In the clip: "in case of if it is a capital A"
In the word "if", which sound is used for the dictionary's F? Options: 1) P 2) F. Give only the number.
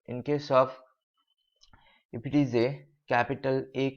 1